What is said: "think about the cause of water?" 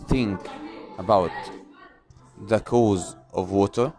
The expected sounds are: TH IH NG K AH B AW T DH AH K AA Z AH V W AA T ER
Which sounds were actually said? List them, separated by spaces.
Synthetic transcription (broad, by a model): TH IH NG K AH B AW T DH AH K AA Z AH V W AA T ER